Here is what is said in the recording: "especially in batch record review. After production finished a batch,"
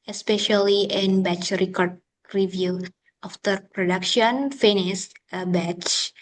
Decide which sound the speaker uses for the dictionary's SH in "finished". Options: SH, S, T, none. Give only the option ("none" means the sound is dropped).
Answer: S